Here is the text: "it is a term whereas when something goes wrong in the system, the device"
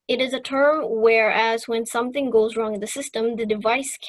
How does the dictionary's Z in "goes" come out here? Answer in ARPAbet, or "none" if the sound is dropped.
Z